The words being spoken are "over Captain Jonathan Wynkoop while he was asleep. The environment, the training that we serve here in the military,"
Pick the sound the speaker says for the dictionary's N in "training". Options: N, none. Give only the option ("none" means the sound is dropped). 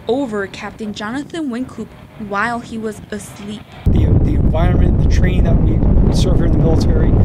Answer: none